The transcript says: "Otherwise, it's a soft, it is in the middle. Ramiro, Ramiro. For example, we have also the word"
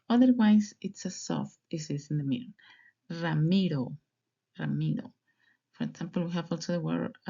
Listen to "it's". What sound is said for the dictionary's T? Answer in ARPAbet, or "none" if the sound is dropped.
T